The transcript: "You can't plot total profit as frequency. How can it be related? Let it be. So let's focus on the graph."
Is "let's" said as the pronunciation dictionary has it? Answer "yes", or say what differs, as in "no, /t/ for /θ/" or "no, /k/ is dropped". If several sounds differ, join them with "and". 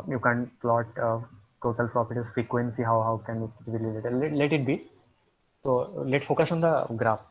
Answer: no, /s/ is dropped